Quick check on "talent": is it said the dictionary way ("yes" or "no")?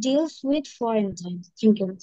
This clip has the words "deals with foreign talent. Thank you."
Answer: no